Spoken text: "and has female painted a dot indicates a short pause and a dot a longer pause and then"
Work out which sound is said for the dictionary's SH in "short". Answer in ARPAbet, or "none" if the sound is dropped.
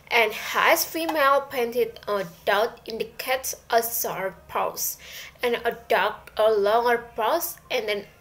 S